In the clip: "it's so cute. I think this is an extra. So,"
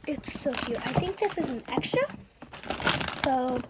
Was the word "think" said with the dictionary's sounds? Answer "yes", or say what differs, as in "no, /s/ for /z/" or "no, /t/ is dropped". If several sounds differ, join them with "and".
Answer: yes